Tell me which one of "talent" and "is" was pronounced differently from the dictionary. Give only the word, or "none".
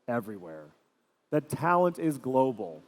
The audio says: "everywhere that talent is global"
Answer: none